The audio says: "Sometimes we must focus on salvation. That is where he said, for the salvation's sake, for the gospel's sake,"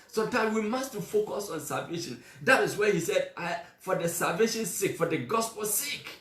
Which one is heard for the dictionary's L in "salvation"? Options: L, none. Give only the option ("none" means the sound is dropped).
L